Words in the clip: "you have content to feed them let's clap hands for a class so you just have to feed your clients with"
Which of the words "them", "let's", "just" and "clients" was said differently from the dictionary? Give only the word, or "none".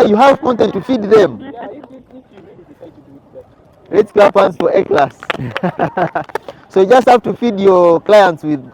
none